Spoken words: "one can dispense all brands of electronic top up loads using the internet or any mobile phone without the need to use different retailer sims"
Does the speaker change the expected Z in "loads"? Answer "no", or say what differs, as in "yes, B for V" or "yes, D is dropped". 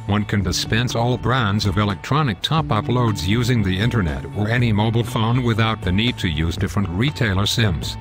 no